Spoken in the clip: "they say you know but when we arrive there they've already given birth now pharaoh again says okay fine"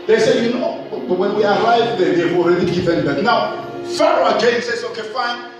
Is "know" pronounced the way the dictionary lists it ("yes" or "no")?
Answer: yes